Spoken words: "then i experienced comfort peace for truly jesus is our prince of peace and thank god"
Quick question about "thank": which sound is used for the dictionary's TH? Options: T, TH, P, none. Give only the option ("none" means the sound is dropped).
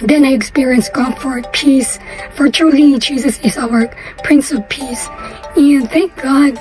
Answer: TH